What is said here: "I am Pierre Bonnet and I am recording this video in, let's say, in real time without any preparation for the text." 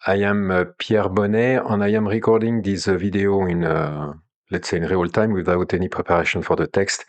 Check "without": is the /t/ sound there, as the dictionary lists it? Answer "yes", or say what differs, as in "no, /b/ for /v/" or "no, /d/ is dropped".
yes